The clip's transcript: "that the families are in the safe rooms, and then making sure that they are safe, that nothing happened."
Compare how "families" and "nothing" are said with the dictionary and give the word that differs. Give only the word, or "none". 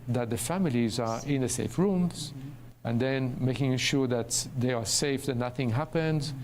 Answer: none